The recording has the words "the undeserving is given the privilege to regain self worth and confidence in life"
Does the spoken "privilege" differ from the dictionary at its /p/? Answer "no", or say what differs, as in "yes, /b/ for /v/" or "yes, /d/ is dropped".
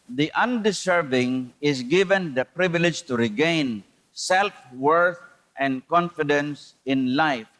no